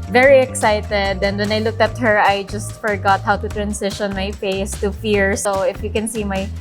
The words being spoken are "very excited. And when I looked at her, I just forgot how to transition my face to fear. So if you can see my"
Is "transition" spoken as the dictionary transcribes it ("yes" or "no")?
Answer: no